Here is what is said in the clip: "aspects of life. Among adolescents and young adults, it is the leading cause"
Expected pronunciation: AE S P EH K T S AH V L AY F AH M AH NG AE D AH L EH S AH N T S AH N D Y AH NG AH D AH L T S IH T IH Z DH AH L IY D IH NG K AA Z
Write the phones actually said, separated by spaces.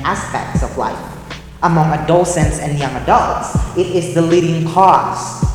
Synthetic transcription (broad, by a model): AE S P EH K T S AH V L AY F AH M AH NG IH D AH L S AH N T S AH N Y AH NG AH D AH L T S IH T IH Z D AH L IY D IH NG K AA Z